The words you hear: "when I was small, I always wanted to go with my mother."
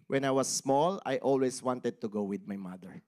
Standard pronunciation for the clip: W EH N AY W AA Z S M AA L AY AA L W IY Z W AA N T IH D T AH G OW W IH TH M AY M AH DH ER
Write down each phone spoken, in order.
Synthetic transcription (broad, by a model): W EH N AY W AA S M AA L AY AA L W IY S W AA N T IH D T AH G OW W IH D M AY M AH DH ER